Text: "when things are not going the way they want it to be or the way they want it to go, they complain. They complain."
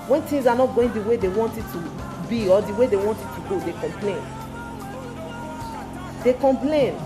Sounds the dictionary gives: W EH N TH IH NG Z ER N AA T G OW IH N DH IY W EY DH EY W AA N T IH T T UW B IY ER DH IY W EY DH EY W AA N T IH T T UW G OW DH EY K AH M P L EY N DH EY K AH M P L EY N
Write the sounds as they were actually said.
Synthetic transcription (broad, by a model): W EH N T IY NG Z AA N AA T G OW IH N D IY W EY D EY W AA N T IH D T UW B IY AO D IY W EY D EY W AA N T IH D T UW G OW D EY K AH M P L EY N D EY K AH M P L EY N